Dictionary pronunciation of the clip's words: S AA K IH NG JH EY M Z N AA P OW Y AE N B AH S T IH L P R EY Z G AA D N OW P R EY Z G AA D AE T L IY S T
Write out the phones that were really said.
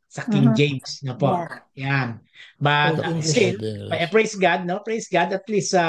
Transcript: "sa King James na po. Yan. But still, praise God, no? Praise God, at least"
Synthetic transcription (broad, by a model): S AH K IH NG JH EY M S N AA P OW Y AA N B AH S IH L P R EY S G AA D N OW P R EY S G AA D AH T L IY S